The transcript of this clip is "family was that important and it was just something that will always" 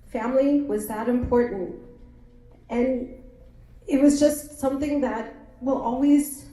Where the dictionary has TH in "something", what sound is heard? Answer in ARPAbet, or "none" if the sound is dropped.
TH